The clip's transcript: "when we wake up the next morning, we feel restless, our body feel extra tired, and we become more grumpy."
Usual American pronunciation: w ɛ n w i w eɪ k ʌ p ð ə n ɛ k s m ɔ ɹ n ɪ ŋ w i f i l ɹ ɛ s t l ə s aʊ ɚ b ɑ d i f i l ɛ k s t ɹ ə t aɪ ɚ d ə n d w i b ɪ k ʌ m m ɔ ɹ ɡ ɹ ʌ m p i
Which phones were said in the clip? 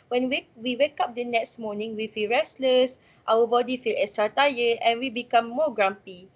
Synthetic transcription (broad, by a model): w ɛ n w i w eɪ k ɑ p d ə n ɛ k s m ɔ n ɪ ŋ w i f i l ɹ ɛ s l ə s aʊ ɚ b ɑ d i f i l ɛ s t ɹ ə t aɪ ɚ ə n w i b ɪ k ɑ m m ɔ ɡ ɹ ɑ m p i